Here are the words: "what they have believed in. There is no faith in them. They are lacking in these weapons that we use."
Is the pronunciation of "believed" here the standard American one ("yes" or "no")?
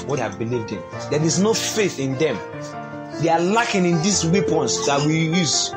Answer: yes